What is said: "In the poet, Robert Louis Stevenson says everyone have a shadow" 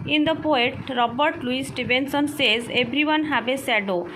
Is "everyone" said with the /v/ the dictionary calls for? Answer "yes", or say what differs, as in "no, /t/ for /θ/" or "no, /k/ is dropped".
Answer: no, /b/ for /v/